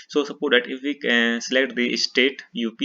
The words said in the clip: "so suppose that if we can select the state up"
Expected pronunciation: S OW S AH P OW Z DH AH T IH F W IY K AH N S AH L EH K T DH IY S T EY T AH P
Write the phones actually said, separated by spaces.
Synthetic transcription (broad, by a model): S OW S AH P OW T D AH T IH F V IY K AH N S AH L EH K T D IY S T EY T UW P